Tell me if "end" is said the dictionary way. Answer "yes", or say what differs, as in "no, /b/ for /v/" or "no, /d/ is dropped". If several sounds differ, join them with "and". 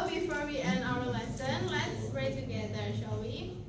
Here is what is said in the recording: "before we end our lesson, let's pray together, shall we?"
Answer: no, /d/ is dropped